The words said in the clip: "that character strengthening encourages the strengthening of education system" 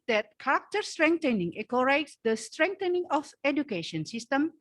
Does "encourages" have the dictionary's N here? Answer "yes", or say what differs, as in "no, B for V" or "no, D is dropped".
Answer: no, N is dropped